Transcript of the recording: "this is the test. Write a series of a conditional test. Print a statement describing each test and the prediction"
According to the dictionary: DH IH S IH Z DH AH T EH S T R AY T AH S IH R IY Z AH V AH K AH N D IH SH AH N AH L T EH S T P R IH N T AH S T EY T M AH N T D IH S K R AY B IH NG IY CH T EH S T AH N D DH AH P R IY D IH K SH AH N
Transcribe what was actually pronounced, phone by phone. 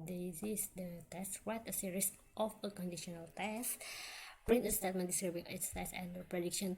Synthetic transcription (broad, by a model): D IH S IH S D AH T EH S T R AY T AH S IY R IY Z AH F AH K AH N D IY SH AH N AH L T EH S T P R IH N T AH S T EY T M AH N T D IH S K R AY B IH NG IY S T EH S AH N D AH P R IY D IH K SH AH N